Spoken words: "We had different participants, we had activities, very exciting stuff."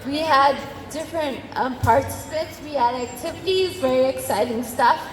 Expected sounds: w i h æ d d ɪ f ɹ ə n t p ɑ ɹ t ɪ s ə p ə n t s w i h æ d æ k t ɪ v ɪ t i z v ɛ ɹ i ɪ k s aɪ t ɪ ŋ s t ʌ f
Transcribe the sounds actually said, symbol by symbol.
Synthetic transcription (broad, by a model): w i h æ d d ɪ f ɹ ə n t p ɑ ɹ t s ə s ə t s w i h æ d æ k t ɪ v ɪ t i z v ɛ ɹ i ɪ k s aɪ t ɪ ŋ s t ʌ f